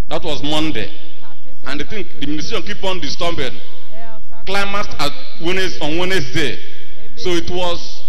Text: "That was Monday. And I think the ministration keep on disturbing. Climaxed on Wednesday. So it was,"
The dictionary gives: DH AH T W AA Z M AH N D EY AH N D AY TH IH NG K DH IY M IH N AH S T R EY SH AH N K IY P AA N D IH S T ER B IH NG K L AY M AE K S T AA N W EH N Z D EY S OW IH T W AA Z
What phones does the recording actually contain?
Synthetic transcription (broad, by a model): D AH T W AA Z M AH N D EY AH N D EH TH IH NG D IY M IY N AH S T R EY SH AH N K IY P AA N D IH S T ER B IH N K L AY M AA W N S AA N W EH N S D EY S OW IH T W AA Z